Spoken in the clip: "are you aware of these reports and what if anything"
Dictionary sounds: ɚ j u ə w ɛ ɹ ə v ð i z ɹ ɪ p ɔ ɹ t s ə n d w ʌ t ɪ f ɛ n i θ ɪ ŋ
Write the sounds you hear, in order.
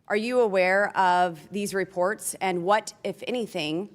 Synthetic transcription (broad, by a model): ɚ j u ə w ɛ ɹ ə v ð i z ɹ ɪ p ɔ ɹ t s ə n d w ʌ t ɪ f ɛ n i θ ɪ ŋ